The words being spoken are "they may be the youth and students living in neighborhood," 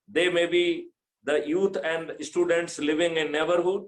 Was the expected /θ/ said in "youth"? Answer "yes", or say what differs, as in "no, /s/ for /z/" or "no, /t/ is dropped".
no, /t/ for /θ/